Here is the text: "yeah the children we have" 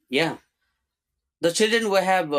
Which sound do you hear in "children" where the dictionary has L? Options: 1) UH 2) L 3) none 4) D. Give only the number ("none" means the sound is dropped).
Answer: 2